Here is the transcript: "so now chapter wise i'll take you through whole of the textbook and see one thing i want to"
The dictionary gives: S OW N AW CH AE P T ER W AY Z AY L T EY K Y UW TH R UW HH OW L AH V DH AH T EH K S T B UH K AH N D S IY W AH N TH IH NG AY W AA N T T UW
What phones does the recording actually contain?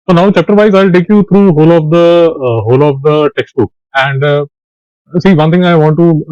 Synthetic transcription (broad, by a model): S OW N AW CH AE P T ER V AY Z AY L T EY K Y UW T R UW HH OW L AH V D AH T EH K S T B UH K AH N D S IY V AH N T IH NG AY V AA N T T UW